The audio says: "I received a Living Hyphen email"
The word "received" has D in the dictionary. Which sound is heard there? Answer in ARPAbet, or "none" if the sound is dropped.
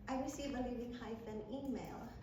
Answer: none